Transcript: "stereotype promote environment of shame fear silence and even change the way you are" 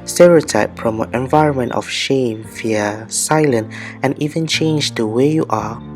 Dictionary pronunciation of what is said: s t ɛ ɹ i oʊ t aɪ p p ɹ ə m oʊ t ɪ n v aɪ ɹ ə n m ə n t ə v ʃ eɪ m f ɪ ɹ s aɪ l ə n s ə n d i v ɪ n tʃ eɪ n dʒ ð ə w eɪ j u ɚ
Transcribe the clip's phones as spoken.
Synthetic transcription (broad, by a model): s t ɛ ɹ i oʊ t aɪ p p ɹ ə m oʊ t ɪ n v aɪ ɹ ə n m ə n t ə f ʃ eɪ m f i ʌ s aɪ l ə n ə n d i v ɪ n tʃ eɪ n dʒ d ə w eɪ j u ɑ